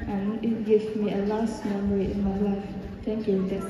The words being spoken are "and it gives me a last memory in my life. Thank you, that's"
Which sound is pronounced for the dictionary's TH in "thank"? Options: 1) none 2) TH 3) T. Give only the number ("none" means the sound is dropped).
3